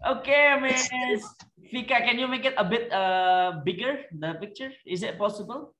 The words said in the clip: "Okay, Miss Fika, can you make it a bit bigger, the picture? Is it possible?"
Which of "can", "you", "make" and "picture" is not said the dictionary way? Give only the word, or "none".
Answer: none